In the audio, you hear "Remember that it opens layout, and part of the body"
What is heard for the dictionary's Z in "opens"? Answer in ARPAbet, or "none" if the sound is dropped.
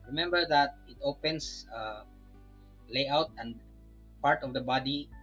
S